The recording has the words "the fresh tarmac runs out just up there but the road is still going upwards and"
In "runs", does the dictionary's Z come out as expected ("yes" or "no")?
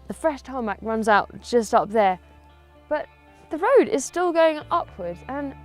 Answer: yes